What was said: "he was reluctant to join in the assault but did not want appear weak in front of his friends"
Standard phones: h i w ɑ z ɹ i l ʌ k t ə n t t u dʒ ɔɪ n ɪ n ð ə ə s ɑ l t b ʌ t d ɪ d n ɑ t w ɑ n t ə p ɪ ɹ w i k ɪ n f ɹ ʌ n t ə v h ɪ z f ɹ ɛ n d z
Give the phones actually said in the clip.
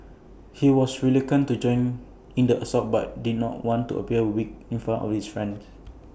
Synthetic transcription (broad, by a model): h i w ɑ s ɹ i l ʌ k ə n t t u dʒ ɔɪ n ɪ n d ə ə s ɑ t b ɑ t d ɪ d n ɑ t w ɑ n t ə p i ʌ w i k ɪ n f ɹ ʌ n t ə f h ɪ s f ɹ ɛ n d s